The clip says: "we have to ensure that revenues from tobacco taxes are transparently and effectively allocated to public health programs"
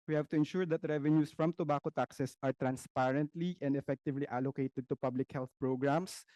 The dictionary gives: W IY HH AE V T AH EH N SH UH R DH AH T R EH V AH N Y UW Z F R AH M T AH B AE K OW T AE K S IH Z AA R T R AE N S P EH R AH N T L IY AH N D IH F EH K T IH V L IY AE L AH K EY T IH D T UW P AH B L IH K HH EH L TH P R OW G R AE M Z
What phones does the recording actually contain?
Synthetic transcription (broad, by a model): W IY HH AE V T AH EH N SH UH R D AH T R EH V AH N Y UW S F R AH M T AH B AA K OW T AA K S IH S AA R T R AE N S P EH R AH N T L IY AH N D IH F EH K T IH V L IY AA L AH K EY T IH D T UW P AH B L IH K HH EH L TH P R OW G R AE M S